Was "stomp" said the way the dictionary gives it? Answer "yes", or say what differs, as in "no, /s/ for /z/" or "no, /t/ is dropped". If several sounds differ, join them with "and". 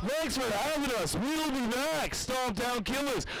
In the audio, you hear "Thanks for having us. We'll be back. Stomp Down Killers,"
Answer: no, /m/ is dropped